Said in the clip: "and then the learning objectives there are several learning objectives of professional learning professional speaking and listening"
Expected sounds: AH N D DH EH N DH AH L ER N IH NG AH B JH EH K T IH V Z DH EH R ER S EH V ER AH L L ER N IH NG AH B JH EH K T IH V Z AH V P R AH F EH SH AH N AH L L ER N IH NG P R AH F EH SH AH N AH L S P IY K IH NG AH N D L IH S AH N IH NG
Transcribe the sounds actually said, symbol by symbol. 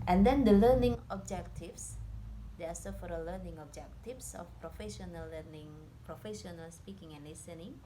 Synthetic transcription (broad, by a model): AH N D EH N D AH L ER N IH NG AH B JH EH K T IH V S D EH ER S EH F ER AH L L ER N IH NG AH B JH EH K T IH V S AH F P R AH F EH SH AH N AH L L ER N IH NG P R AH F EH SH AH N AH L S P IY K IH NG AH N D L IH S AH N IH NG